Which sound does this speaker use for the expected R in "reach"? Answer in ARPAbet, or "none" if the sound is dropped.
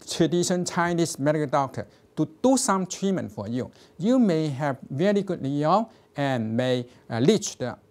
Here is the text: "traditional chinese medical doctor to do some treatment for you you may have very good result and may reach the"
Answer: L